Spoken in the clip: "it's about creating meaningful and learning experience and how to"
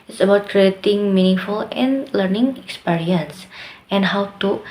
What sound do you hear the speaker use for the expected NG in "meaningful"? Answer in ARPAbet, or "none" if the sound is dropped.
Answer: NG